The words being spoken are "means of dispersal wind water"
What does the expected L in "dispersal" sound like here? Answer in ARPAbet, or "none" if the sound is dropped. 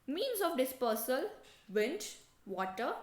L